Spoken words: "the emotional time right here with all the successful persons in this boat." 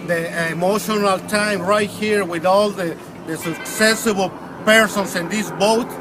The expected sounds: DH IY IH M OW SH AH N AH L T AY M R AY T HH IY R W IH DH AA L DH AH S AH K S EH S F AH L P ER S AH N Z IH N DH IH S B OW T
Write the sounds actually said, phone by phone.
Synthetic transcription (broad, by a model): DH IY IH M OW SH AH N AH L T AY M R AY T HH IY R W IH DH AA L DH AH S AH K S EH S AH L P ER S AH N S IH N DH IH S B OW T